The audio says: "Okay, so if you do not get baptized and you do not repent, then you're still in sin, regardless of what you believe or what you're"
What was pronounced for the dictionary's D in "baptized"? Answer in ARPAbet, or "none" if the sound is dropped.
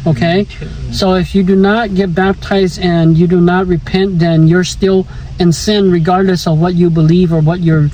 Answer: D